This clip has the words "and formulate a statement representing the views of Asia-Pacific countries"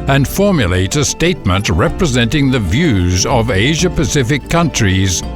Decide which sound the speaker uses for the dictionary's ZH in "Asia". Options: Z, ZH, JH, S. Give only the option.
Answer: ZH